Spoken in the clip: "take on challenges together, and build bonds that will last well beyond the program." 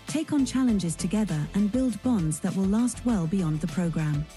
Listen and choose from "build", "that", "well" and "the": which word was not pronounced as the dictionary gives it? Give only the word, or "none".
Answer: none